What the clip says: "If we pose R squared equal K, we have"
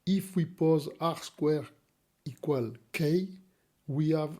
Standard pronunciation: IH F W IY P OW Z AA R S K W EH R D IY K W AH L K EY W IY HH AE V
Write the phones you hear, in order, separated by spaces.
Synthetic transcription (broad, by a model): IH F W IY P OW Z AA R S K W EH R IY K W AH L K EY W IY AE V